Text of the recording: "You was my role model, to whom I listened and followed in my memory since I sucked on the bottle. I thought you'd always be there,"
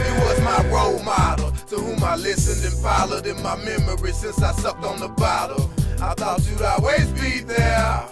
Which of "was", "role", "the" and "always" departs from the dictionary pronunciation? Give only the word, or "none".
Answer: always